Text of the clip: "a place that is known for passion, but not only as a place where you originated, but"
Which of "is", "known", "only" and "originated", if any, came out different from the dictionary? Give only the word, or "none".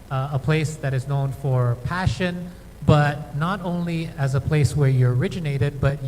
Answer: none